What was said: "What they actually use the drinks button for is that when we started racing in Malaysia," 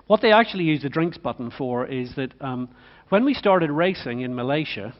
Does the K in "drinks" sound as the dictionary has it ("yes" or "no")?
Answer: yes